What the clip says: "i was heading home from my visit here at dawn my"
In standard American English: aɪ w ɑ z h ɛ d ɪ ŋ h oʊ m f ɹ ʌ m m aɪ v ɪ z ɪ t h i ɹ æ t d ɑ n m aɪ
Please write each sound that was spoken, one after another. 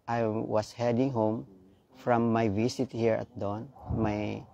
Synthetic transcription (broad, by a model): aɪ w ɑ s h ɛ d ɪ ŋ h oʊ m f ɹ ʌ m m aɪ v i s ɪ t h i ɹ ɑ t d ɑ n m aɪ